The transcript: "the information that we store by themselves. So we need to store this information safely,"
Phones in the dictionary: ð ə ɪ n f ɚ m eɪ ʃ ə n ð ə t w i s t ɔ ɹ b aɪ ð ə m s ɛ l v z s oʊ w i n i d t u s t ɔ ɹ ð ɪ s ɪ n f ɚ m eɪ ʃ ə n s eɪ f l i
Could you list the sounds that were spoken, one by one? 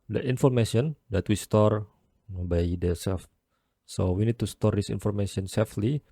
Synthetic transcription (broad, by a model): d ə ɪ n f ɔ m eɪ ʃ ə n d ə t w i s t ɔ ɹ b aɪ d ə s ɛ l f s oʊ w i n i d t u s t ɔ ɹ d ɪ s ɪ n f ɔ m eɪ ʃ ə n s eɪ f l i